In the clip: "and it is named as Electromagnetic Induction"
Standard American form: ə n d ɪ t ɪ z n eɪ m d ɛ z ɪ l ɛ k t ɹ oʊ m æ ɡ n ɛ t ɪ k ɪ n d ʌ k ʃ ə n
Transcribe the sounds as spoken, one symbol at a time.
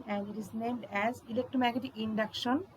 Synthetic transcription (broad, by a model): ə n d ɪ t ɪ z n eɪ m d ɛ z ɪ l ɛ k t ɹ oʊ m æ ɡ ɛ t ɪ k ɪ n d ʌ k ʃ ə n